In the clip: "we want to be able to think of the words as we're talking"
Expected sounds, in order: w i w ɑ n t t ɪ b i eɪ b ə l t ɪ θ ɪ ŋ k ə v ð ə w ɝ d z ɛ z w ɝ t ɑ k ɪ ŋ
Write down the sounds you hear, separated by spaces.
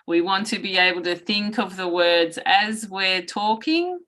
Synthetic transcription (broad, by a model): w i w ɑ n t t ɪ b i eɪ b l t ɪ θ ɪ ŋ k ə v ð ə w ɝ d z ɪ z w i t ɑ k ɪ ŋ